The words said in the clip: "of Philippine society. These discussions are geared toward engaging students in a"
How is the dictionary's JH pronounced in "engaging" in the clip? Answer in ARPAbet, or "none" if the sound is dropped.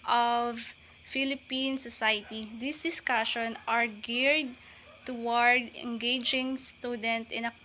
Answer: JH